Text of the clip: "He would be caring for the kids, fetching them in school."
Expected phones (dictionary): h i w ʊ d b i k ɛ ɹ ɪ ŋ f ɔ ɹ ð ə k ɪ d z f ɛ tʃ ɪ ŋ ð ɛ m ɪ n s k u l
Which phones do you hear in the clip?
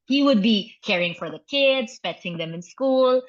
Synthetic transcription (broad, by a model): h i w ʊ d b i k ɛ ɹ ɪ ŋ f ɔ ɹ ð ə k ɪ d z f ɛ s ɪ ŋ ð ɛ m ɪ n s k u l